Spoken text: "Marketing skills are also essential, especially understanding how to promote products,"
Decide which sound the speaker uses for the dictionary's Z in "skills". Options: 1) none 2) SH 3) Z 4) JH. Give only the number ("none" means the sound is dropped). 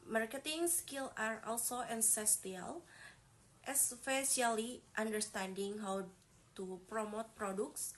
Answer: 1